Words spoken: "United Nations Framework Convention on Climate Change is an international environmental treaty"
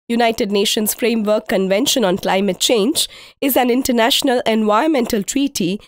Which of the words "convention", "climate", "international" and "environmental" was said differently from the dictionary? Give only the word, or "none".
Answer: environmental